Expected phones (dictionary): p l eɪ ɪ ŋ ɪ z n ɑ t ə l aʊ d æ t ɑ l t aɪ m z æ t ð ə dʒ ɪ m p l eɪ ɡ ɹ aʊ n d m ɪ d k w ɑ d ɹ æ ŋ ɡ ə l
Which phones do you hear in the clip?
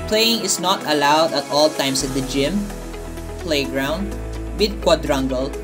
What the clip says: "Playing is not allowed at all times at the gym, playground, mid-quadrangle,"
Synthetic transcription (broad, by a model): p l eɪ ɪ ŋ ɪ s n ɑ t ə l aʊ d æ t ɑ l t aɪ m s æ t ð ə dʒ ɪ m p l eɪ ɡ ɹ aʊ n d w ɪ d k w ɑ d ɹ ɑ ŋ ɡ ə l